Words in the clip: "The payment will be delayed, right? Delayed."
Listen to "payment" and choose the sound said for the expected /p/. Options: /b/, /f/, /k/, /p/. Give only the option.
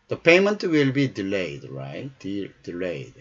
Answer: /p/